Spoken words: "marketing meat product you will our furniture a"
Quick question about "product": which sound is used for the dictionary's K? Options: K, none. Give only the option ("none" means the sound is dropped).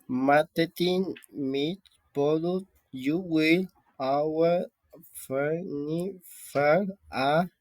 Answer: none